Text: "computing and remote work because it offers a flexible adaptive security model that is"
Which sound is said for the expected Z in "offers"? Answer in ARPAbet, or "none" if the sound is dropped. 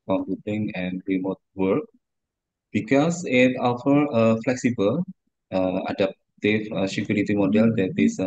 none